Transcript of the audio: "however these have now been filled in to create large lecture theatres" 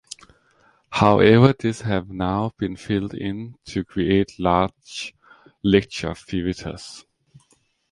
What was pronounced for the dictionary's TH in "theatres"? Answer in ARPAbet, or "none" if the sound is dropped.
F